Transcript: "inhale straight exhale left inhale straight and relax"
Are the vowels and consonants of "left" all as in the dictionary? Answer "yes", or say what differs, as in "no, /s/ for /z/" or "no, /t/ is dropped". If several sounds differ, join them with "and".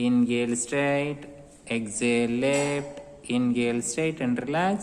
no, /p/ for /f/